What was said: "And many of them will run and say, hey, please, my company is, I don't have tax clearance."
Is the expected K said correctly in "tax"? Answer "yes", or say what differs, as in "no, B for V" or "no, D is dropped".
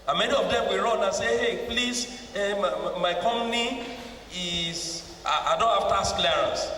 no, K is dropped